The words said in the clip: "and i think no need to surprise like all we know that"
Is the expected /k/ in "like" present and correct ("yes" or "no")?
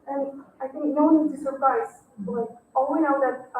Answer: no